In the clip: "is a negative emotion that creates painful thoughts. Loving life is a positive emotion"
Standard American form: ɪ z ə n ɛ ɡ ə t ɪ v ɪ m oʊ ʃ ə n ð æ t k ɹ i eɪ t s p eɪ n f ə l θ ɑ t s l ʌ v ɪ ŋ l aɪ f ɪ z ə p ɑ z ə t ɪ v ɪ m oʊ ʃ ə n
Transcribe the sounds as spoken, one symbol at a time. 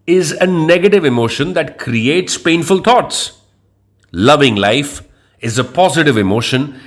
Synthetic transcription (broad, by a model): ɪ z ə n ɛ ɡ ə t ɪ v ɪ m oʊ ʃ ə n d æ t k ɹ i eɪ t s p eɪ n f ə l t ɑ t s l ʌ v ɪ ŋ l aɪ f ɪ z ə p ɑ z ə t ɪ v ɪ m oʊ ʃ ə n